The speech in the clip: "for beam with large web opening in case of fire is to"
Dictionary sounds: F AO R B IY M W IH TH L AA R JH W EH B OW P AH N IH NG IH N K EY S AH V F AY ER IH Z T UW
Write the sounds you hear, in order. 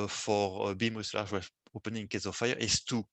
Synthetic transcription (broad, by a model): F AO R B IY M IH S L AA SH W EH OW P AH N IH NG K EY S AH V F AY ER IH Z T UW